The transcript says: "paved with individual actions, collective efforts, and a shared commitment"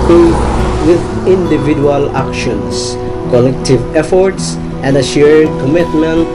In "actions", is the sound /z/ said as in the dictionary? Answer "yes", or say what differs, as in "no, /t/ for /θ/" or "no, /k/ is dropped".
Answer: no, /s/ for /z/